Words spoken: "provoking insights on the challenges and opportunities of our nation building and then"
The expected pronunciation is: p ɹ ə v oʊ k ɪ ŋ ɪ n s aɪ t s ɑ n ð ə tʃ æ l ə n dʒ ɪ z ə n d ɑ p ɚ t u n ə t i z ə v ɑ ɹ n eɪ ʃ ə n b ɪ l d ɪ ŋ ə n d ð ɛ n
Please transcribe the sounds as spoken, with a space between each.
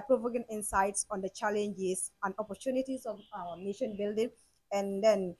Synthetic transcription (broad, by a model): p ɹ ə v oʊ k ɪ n ɪ n s aɪ t s ɑ n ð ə tʃ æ l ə n dʒ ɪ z ə n d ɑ p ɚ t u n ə t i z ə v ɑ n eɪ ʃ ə n b ɪ l d ɪ ŋ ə n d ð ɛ n